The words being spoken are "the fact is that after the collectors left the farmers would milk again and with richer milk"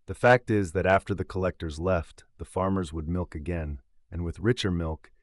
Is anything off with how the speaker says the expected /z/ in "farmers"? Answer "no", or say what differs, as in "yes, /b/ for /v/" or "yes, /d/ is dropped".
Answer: no